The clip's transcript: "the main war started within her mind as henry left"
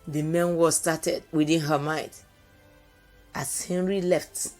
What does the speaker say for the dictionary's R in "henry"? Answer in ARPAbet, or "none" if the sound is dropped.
R